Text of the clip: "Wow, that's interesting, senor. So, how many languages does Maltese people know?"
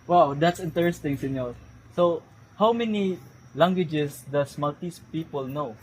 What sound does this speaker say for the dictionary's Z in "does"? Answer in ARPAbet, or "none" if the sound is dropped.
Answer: S